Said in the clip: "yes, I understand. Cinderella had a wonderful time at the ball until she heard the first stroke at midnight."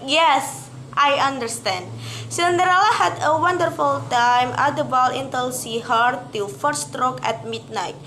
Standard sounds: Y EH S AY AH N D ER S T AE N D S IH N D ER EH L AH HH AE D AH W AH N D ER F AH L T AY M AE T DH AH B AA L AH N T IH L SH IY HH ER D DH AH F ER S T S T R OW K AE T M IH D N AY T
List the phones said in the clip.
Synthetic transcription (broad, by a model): Y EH S AY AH N D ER S T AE N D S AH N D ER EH L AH HH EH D AH W AH N D ER F AH L T AY M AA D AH B AA L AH N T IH L S IY HH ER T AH F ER T S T R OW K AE T M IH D N AY T